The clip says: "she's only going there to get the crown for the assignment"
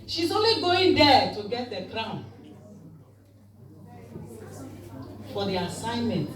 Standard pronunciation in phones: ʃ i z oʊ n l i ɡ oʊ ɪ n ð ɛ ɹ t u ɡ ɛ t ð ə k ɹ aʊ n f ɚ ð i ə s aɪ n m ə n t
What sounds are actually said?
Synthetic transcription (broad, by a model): ʃ i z oʊ n l i ɡ oʊ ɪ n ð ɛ t u ɡ ɛ t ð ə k ɹ aʊ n f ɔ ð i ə s aɪ n m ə n t